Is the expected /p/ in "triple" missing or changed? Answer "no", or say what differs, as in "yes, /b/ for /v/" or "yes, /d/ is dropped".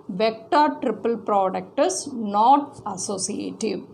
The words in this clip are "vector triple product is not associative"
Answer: no